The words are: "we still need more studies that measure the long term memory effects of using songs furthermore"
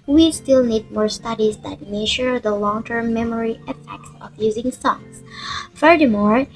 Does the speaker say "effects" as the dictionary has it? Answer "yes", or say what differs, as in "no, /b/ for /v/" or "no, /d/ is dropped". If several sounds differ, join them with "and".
yes